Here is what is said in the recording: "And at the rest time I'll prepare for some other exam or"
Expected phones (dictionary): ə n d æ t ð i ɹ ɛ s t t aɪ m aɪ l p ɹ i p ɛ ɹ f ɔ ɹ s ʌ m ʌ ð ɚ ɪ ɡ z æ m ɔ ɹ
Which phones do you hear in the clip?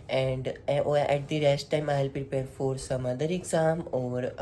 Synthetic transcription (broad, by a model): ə n d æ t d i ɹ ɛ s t t aɪ m aɪ l p ɹ i p ɛ ɹ f ɔ ɹ s ʌ m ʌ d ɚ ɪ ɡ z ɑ m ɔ ɹ